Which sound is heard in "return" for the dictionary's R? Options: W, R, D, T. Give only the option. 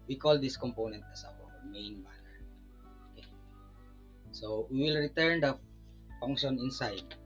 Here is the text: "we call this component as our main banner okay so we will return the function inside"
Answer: R